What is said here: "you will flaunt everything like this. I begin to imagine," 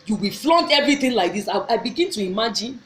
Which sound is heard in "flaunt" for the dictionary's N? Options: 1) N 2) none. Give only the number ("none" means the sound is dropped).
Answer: 1